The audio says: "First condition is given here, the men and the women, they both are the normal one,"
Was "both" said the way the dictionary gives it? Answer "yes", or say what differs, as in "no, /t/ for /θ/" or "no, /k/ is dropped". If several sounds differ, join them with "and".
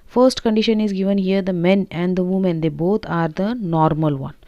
no, /t/ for /θ/